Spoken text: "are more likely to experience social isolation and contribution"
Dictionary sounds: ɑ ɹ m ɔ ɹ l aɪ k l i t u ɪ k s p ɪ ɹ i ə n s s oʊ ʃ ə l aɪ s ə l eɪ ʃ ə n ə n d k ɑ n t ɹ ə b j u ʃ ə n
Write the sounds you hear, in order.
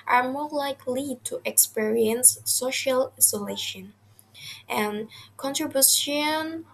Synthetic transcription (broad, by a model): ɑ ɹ m ɔ ɹ l aɪ k l i t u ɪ k s p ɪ ɹ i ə n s s oʊ ʃ ə l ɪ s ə l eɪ ʃ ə n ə n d k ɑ n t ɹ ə b j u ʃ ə n